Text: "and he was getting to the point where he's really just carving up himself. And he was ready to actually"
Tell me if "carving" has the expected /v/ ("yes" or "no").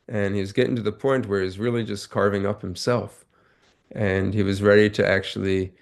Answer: yes